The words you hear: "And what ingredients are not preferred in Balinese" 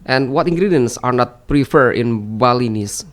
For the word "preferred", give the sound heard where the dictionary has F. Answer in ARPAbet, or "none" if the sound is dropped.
F